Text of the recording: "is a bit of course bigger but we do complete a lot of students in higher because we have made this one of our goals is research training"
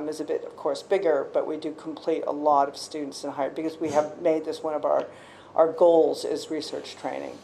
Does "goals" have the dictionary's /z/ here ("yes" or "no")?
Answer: yes